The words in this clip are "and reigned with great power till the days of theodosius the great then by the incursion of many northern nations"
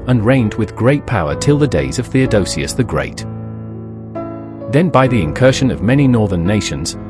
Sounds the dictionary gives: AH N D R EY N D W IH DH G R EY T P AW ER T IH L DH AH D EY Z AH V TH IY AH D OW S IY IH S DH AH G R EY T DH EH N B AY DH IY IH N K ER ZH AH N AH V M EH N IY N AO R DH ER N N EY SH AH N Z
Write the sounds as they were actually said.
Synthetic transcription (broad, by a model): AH N R EY N D W IH DH G R EY T P AW ER T IH L DH AH D EY Z AH V TH IY AH D OW S IY IH S DH AH G R EY T DH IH N B AY DH IY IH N K ER SH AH N AH V M EH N IY N AO R DH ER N N EY SH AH N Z